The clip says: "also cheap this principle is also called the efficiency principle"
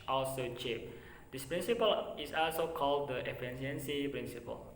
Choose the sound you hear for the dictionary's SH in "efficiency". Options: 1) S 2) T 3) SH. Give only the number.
1